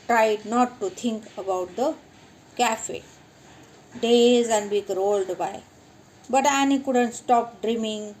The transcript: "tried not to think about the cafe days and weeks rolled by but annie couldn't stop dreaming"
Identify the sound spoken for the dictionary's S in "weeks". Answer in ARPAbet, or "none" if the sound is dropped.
none